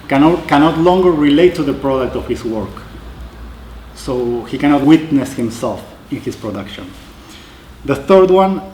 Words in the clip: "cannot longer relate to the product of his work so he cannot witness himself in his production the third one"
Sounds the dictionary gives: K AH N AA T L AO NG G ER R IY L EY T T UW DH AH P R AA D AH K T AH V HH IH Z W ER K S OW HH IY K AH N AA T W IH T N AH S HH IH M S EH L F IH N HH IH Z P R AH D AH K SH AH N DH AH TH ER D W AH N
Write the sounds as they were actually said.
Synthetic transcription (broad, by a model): K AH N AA T L AO NG G ER R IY L EY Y T UW DH AH P R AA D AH K T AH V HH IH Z W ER K S OW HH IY K AH N AA T W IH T N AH S HH IH M S EH L F IH N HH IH S P R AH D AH K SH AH N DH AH TH ER D W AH N